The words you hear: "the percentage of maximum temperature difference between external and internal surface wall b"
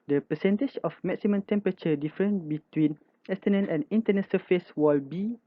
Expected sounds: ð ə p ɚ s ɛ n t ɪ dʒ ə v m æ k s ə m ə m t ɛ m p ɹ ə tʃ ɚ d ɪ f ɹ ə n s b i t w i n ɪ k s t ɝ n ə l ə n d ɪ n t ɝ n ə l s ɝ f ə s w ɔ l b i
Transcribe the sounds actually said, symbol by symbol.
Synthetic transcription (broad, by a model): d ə p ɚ s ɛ n t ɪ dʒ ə f m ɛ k s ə m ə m t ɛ m p ɹ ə tʃ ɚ d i f ɹ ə n b i t w i n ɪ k s t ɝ n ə n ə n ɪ n t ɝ n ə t s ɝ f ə s w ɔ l b i